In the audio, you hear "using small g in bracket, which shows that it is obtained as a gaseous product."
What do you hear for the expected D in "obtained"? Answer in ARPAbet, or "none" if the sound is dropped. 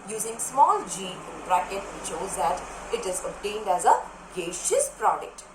D